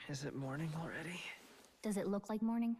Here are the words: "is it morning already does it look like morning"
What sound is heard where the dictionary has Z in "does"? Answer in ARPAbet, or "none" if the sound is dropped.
Z